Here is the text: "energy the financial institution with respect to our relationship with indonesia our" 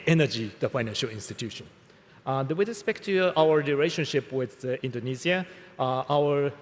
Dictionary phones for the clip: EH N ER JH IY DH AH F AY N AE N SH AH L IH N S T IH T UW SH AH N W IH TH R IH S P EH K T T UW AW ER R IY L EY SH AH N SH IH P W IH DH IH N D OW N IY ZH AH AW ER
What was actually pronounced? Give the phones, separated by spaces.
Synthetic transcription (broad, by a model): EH N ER JH IY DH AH F AY N AE N SH AH L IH N S T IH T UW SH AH N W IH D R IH S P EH K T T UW AW ER R IY L EY SH AH N SH IH P W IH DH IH N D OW N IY Z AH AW ER